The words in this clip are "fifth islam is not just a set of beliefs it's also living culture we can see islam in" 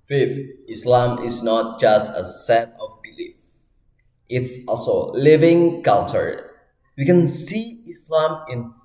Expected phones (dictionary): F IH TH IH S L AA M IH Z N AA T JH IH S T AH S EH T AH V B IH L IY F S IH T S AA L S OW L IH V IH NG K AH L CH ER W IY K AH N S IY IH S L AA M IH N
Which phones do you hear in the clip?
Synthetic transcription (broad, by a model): F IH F IH S L AA M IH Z N AA T JH IH S T AH S EH T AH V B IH L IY F IH T S AA L S OW L IH V IH NG K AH L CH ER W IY K AH N S IY IH S L AA M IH N